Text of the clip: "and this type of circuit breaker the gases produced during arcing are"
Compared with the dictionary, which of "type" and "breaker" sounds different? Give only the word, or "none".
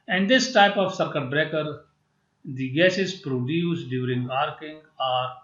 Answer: none